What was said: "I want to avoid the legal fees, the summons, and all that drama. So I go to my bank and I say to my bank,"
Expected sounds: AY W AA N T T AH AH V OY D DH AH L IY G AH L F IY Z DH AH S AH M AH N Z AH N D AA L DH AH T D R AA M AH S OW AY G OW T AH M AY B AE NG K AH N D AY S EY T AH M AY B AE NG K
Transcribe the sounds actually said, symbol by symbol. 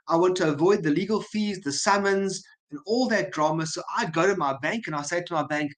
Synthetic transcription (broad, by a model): AY W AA N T T AH AH V OY D DH AH L IY G AH L F IY Z DH AH S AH M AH N Z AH N AA L DH AH T D R AA M AH S OW AY G OW T AH M AY B AE NG K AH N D AY S EY T AH M AY B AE NG K